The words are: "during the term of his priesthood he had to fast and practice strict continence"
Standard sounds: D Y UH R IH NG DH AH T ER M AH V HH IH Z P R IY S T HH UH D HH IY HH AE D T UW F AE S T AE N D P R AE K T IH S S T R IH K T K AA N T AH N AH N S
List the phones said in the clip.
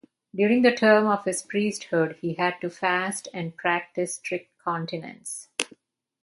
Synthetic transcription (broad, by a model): D Y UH R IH NG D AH T ER M AH V HH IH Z P R IY S T HH UH D HH IY HH AE D T UW F AE S T AE N D P R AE K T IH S S T R IH K T K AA N T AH N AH N S